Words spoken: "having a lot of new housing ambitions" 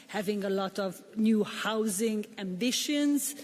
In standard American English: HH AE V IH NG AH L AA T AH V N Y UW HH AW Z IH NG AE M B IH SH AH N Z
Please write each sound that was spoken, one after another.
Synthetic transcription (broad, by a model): HH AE V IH NG AH L AA T AH V N Y UW HH AW Z IH NG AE M B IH SH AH N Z